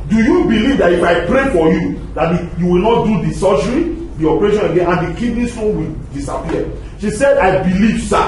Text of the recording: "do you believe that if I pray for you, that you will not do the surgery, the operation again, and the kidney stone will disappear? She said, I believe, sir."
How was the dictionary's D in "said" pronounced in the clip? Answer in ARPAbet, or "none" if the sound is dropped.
D